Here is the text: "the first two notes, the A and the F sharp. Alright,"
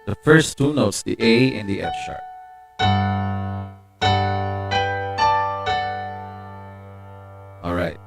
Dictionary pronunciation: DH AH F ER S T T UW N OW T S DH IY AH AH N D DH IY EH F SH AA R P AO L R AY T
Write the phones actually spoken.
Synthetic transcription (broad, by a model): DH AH F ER S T T UW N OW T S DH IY AH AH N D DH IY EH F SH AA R AO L R AY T